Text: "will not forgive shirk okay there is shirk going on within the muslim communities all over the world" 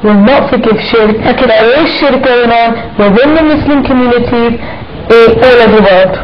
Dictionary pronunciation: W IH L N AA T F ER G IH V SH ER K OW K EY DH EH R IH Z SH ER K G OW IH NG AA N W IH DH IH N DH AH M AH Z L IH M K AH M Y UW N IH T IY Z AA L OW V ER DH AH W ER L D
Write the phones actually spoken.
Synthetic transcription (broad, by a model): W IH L N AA T F ER G IH V SH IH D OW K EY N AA W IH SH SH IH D G OW IH NG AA N W IH DH IH N DH AH M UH S L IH M K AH M Y UW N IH T IY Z AA L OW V DH AH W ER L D